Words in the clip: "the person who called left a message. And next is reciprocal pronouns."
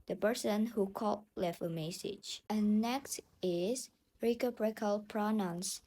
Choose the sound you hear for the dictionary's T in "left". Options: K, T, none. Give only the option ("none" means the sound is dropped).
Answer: none